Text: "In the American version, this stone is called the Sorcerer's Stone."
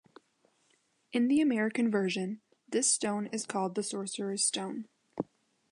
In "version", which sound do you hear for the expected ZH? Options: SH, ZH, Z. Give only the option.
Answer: ZH